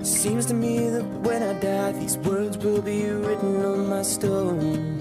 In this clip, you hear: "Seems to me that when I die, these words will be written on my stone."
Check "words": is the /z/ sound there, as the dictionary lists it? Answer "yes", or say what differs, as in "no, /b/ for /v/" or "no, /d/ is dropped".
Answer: yes